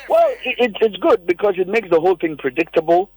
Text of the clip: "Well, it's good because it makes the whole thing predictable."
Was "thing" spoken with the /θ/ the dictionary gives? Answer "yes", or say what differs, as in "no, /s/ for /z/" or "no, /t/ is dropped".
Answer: yes